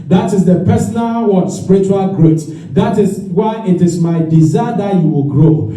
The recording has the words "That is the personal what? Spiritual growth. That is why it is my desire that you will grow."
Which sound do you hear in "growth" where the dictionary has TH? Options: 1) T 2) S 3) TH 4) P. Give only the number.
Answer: 1